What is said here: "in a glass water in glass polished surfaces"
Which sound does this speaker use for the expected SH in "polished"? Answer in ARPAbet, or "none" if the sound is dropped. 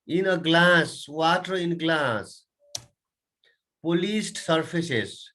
S